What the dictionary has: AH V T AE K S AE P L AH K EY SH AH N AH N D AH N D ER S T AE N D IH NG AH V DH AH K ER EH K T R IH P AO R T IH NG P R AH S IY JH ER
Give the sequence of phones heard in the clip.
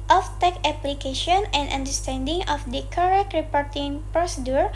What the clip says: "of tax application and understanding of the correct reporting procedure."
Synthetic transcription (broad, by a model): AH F T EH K AE P L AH K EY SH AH N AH N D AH N D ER S T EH N D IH NG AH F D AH K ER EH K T R IH P AO R T IH NG P R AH S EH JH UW